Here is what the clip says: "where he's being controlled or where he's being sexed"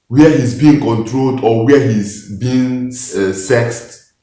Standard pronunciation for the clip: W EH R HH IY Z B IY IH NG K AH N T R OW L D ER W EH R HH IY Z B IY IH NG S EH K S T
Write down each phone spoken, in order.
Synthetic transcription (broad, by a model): W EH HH IY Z B IY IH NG K AH N T R OW L D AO W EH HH IY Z B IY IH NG S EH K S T